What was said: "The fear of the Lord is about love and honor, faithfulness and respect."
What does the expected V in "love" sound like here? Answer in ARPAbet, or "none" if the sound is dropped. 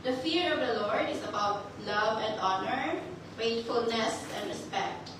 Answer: V